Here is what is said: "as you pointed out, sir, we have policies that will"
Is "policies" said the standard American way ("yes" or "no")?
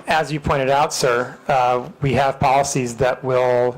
yes